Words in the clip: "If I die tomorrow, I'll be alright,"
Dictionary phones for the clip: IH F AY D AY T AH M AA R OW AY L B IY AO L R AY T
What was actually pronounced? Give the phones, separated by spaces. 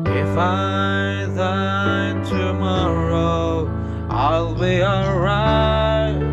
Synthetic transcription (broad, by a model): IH F AY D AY T AH M AA R OW AY L B IY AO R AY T